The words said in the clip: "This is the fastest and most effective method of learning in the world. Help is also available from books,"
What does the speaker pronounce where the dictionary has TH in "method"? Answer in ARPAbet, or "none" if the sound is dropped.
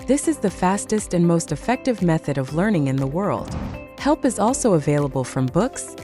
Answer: TH